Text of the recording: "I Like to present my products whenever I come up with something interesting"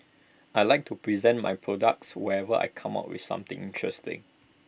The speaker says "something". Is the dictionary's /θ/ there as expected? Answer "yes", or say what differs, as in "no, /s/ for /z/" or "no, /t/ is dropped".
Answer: no, /t/ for /θ/